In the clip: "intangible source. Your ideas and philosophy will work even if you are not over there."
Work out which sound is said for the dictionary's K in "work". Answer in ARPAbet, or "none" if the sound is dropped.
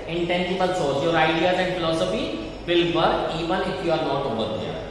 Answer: none